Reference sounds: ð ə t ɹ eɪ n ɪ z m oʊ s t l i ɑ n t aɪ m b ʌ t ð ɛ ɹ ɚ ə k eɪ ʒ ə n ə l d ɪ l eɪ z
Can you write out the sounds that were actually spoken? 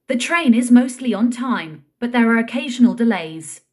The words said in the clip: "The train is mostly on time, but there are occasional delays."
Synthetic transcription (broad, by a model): ð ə t ɹ eɪ n ɪ z m oʊ s t l i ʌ n t aɪ m b ʌ t ð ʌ ɹ ɚ ə k eɪ ʒ ə n ə l d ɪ l eɪ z